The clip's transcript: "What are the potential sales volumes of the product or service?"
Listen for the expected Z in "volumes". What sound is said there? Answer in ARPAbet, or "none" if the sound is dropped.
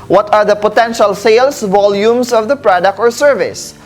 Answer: S